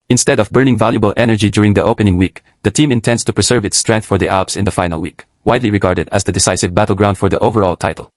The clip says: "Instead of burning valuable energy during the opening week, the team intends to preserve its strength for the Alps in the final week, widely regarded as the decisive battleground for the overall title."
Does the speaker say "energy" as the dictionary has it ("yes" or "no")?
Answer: yes